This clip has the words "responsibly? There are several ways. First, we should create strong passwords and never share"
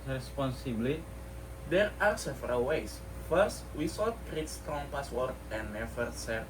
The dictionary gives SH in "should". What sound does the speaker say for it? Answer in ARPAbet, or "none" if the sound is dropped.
S